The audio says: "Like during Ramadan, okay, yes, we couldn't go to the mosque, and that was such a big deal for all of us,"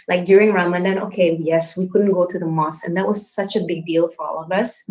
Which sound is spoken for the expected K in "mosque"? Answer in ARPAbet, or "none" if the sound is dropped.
none